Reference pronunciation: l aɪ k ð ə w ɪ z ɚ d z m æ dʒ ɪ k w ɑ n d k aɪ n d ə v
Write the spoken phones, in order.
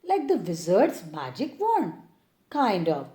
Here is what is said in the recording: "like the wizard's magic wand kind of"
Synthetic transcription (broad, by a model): l aɪ k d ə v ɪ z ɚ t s m æ dʒ ɪ k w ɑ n k aɪ n d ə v